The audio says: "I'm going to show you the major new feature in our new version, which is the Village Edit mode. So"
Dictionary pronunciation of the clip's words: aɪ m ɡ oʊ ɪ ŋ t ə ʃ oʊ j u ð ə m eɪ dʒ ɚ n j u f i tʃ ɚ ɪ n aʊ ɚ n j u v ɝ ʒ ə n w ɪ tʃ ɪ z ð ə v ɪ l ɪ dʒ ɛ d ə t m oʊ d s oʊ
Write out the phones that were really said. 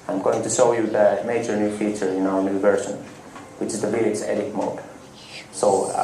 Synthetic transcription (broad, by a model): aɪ m ɡ oʊ ɪ ŋ t ə ʃ oʊ j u ð ə m eɪ dʒ ɚ n j u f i tʃ ɚ ɪ n aʊ ɚ n j u v ɝ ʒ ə n w ɪ tʃ ɪ z ð ə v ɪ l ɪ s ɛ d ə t m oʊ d s oʊ